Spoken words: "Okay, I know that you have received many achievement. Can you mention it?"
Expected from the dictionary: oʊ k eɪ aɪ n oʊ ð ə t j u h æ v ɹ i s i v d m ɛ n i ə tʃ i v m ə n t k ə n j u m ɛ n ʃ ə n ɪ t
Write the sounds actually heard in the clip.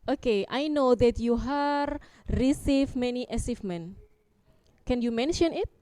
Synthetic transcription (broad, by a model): oʊ k eɪ aɪ n oʊ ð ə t j u h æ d ɹ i s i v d m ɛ n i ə s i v m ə n k ə n j u m ɛ n ʃ ə n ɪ t